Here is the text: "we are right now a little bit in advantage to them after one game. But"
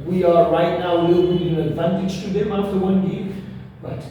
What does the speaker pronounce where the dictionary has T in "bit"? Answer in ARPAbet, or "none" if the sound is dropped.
none